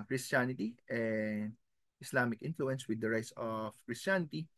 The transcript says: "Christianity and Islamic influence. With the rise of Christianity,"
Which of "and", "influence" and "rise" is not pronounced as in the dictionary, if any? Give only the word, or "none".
rise